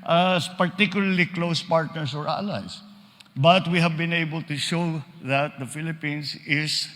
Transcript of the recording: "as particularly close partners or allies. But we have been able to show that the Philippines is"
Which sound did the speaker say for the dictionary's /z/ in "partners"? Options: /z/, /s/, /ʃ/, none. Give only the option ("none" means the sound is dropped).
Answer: /s/